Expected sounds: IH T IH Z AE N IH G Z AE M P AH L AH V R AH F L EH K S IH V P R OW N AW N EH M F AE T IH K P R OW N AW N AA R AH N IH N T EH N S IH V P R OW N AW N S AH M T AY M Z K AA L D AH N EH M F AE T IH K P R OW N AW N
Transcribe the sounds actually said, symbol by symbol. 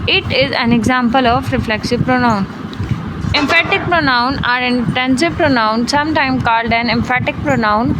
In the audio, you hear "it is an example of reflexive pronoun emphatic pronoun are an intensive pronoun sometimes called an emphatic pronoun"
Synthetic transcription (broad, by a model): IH T IH Z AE N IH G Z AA M P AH L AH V R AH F L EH K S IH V P R OW N AW N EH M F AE T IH K P R OW N AW N AA R AH N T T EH N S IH P R OW N AW N S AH M T AY M K AA L D AH N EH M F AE T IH K P R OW N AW N